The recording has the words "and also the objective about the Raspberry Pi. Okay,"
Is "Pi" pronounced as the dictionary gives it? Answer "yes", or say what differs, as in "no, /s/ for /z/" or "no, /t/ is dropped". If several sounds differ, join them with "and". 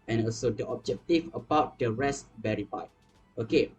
no, /f/ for /p/